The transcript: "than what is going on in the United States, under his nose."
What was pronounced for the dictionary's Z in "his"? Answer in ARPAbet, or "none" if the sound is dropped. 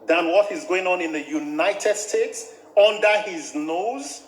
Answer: Z